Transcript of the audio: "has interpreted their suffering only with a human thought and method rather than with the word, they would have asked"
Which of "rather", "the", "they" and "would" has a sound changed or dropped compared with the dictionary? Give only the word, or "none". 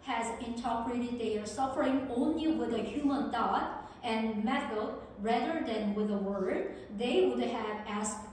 none